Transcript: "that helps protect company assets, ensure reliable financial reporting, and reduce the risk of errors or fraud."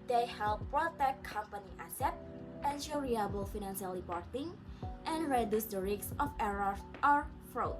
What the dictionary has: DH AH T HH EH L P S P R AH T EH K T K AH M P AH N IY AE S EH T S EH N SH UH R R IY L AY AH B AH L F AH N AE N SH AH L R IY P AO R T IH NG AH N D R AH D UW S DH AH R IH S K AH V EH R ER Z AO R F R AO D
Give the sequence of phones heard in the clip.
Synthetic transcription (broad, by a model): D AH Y HH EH L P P R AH T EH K K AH M P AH N IY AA S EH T EH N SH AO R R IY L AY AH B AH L F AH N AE N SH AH L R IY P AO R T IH NG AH N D R AH D UW S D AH R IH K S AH F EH R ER AO R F R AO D